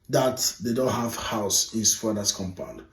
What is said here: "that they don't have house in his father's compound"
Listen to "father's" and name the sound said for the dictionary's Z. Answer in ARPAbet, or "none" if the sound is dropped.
S